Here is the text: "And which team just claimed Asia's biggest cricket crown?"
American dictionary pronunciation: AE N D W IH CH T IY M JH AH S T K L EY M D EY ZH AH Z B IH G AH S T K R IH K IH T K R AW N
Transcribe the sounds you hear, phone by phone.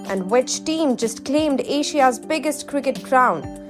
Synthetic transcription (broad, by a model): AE N D W IH CH T IY M JH AH S T K L EY M D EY SH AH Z B IH G AH S T K R IH K IH T K R AW N